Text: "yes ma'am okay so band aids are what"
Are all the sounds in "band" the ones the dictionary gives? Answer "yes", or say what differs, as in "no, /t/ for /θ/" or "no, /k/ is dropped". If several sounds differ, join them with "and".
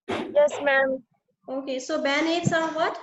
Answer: no, /d/ is dropped